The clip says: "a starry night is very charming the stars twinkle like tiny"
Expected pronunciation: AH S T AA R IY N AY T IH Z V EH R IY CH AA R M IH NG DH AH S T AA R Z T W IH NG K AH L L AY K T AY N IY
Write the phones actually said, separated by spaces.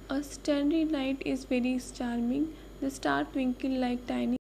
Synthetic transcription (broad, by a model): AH S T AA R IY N AY T IH Z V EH R IY CH AA R M IH NG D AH S T AA R T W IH NG K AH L L AY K T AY N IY